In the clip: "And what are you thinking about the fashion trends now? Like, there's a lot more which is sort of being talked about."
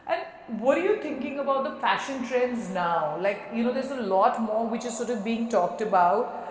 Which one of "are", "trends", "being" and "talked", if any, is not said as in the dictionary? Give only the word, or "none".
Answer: none